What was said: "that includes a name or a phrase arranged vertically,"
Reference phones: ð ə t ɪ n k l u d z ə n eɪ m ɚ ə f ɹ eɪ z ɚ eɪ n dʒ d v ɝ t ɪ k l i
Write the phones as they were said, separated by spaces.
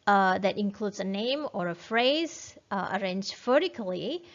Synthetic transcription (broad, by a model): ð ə t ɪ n k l u d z ə n eɪ m ɚ ə f ɹ eɪ z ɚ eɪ n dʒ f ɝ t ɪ k l i